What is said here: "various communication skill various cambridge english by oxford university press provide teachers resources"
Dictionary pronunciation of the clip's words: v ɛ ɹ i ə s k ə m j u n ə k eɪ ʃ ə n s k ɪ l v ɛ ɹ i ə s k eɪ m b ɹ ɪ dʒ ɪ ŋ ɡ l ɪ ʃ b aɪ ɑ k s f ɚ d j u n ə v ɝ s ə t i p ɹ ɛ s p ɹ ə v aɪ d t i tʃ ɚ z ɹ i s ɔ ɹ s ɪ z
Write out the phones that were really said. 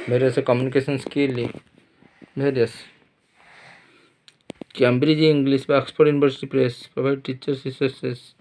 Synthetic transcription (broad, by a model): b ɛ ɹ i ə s k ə m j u n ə k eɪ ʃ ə n s k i l b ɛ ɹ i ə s k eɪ m b ɹ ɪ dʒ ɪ ŋ ɡ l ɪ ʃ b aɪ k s p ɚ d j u n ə b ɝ s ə t i p ɹ ɛ s p ɹ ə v aɪ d t i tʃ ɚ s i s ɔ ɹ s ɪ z